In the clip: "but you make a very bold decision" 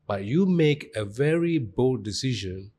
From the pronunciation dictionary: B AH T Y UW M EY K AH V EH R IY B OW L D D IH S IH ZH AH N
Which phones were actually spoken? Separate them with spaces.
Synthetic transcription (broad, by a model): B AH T Y UW M EY K AH V EH R IY B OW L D D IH S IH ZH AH N